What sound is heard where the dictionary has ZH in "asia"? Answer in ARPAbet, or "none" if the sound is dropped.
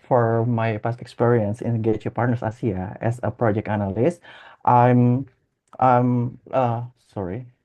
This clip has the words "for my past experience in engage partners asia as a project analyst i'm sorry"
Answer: S